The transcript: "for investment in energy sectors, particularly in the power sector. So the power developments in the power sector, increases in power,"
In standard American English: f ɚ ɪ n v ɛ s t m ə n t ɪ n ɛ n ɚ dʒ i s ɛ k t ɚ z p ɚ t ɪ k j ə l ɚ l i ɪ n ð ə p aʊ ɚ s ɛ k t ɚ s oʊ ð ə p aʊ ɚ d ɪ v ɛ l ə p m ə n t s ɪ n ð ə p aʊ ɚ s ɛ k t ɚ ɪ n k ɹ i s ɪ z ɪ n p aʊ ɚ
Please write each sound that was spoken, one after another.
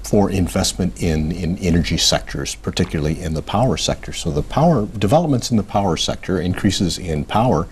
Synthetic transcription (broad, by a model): f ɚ ɪ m v ɛ s t m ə n t ɪ n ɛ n ɚ dʒ i s ɛ k t ɚ z p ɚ t ɪ k j l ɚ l i ɪ n ð ə p aʊ ɚ s ɛ k t ɚ s oʊ ð ə p aʊ ɚ d ɪ v ɛ l ə p m ə n t s n ð ə p aʊ ɚ s ɛ k t ɚ ɪ n k ɹ i s ɪ z ɪ n p aʊ ɚ